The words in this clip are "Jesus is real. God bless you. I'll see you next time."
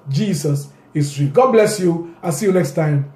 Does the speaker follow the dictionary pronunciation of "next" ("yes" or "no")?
yes